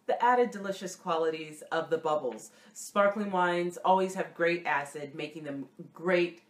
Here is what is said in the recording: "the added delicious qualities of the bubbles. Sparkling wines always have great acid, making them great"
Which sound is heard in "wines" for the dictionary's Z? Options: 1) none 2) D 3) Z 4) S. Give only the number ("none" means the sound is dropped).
3